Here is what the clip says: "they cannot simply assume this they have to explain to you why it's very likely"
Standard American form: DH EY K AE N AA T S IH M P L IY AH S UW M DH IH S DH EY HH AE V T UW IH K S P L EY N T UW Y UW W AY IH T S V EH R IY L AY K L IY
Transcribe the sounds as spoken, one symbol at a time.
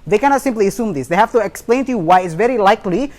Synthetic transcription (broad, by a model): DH EY K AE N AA T S IH M P L IY AH S UW M DH IH S DH EY HH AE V T UW IH K S P L EY N T UW Y UW W AY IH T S V EH R IY L AY K L IY